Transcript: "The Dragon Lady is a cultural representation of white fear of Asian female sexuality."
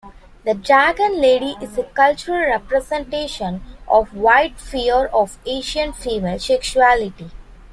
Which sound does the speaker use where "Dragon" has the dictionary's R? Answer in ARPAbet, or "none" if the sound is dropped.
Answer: none